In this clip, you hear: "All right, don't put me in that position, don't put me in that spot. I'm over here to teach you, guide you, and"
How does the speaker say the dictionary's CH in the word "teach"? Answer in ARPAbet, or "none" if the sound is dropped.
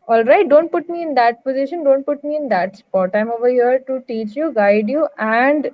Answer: CH